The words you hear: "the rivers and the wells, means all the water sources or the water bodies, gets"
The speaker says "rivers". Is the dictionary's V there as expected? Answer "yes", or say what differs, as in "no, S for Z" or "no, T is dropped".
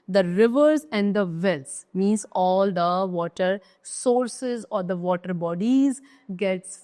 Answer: yes